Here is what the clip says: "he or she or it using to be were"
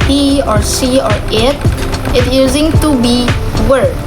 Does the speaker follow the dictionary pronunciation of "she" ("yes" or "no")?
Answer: no